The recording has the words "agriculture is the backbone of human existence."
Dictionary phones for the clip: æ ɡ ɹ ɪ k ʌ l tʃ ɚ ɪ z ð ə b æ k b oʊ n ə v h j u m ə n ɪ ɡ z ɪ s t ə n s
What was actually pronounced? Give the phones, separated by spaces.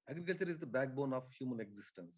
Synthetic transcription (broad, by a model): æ ɡ ɹ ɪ k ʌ l tʃ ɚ ɪ z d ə b æ k b oʊ n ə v h j u m ə n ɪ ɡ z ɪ s t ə n s